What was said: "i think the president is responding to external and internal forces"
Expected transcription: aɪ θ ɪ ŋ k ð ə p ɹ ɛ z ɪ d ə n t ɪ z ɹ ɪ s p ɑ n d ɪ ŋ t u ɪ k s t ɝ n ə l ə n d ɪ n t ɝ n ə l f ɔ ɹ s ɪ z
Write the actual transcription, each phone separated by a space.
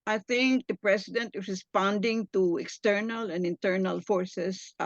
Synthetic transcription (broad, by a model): aɪ θ ɪ ŋ k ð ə p ɹ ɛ s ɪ d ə n t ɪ s ɹ ɪ s p ɑ n d ɪ ŋ t u ɪ k s t ɝ n ə l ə n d ɪ n t ɝ n ə l f ɔ ɹ s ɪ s